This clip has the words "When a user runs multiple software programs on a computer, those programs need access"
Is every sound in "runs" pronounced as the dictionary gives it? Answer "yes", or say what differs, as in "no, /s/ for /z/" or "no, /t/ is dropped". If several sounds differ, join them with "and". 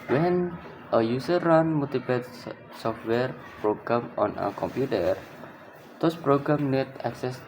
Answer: no, /z/ is dropped